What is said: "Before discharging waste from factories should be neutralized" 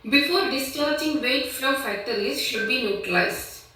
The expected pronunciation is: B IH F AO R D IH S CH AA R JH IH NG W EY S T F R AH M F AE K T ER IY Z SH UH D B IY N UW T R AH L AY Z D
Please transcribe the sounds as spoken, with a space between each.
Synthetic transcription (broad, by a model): B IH F AO R D IH S CH AA R JH IH NG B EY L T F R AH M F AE T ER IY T SH UH D B IY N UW T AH L AY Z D